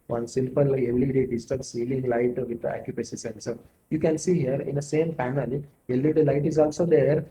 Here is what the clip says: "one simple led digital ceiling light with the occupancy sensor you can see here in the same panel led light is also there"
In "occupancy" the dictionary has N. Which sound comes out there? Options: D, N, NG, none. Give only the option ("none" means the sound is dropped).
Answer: none